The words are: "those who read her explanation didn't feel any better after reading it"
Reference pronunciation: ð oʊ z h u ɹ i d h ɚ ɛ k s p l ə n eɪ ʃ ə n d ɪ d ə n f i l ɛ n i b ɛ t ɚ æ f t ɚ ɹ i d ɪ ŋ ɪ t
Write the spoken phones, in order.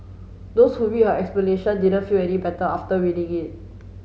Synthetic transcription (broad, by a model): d oʊ s h u w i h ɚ ɛ k s p l ə n eɪ ʃ ə n d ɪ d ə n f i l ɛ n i b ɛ t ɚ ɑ f t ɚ w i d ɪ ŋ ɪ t